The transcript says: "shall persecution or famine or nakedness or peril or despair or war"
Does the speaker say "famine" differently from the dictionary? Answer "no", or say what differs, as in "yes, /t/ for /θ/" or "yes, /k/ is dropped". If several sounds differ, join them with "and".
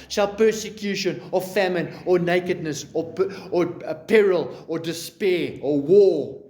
no